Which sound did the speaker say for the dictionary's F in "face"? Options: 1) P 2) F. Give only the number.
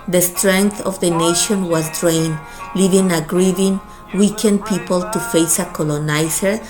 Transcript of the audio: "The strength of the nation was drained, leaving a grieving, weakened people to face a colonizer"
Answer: 2